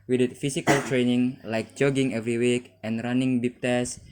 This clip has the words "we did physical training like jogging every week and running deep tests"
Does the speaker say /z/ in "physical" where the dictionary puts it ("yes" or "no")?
no